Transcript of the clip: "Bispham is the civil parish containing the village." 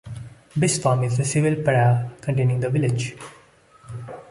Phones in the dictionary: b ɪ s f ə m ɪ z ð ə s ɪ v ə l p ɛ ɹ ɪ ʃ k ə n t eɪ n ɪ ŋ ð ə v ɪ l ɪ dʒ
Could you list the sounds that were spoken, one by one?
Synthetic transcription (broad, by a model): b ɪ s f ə m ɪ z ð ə s ɪ v ə l p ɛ ɪ k ə n t eɪ n ɪ ŋ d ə v ɪ l ɪ dʒ